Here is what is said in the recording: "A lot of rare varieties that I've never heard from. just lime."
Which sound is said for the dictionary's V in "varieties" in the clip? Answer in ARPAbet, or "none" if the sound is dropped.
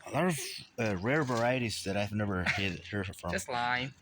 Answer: V